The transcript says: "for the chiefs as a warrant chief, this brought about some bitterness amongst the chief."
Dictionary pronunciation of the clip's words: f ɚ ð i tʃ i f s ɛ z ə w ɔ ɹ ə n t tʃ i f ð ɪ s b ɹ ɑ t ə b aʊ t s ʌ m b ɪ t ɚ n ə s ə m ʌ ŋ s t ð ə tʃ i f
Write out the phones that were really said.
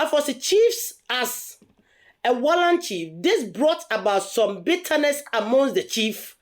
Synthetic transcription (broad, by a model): f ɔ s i tʃ i f s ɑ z ə w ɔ l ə n tʃ i f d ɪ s b ɹ ɑ t ə b aʊ t s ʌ m b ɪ t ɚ n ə s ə m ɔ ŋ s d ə tʃ i f